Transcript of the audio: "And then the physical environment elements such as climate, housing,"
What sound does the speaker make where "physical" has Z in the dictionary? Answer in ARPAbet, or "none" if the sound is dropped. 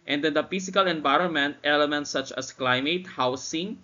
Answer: S